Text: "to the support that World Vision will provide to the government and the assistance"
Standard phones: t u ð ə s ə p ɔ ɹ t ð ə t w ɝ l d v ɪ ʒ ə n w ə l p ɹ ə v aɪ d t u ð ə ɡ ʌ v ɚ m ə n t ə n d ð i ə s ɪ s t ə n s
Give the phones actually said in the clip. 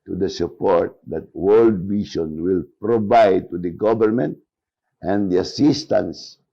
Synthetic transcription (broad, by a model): t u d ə s ə p ɔ ɹ t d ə t w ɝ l d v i ʃ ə n w ə l p ɹ ə v aɪ d t u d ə ɡ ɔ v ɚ m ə n t ə n d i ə s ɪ s t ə n s